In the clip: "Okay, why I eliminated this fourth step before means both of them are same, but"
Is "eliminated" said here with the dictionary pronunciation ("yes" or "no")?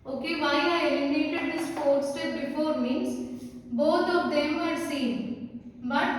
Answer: no